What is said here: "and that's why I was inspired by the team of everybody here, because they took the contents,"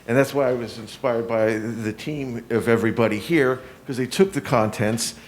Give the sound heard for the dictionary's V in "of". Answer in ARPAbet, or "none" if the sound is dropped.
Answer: V